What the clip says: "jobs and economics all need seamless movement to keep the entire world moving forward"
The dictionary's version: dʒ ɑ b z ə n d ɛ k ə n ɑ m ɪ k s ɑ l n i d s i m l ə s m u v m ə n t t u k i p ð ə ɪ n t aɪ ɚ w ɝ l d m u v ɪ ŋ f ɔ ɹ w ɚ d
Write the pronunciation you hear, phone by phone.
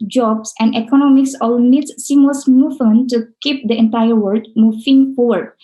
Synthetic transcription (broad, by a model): dʒ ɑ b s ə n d ɛ k ə n ɑ m ɪ k s ɑ l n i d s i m ə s m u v m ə n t t u k i p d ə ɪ n t aɪ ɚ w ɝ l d m u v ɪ ŋ f ɔ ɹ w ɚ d